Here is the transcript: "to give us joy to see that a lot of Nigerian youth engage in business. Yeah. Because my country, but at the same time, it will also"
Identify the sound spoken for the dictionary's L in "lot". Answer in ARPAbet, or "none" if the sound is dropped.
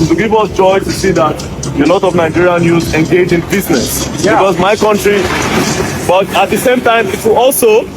N